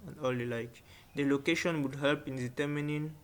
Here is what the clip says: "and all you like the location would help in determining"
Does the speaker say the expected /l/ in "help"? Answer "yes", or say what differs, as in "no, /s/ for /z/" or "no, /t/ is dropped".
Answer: yes